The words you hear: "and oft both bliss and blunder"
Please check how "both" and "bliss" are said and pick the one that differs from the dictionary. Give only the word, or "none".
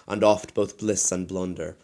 none